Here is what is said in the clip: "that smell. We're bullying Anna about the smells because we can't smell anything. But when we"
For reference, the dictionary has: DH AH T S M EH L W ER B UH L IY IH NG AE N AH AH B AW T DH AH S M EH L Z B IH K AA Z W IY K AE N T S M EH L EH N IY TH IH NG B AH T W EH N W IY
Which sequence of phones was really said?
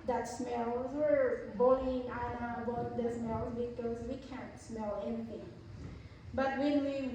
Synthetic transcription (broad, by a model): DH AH T S M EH L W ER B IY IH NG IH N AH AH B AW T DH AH S M EH L Z B IH K AA Z W IY K AE N T S M EH L EH N IY TH IH NG B AH T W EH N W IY